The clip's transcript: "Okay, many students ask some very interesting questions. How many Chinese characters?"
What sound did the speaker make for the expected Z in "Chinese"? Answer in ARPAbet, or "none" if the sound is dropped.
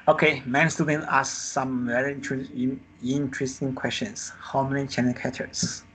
none